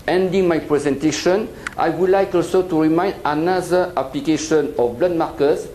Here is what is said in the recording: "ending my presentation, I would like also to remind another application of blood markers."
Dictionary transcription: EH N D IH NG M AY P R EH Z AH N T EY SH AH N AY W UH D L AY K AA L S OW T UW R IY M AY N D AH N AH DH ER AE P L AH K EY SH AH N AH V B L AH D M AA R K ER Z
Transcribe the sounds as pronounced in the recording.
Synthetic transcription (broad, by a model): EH N D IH NG M AY P R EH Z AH N T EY SH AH N AY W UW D L AY K AA L S OW T UW R IY M AY N D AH N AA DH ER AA P L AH K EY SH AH N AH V B L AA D M AA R K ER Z